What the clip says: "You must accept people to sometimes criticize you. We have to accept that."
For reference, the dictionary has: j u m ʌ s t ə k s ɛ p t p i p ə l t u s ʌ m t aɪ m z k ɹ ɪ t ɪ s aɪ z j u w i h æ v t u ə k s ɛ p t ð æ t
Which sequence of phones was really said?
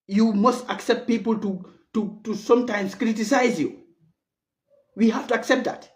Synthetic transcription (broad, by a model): j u m ʌ s t ə k s ɛ p t p i p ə l t u s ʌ m t aɪ m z k ɹ ɪ t ɪ s aɪ z j u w i h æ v t u ə k s ɛ p t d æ t